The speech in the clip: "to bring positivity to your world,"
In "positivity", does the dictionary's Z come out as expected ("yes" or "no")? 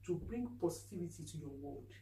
no